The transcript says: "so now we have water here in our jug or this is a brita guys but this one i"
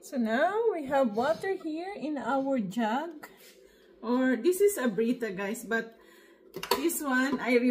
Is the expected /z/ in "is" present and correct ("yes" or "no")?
no